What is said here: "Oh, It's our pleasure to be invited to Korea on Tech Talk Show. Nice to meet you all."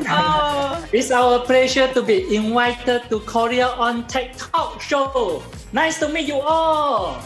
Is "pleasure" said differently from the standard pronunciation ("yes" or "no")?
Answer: yes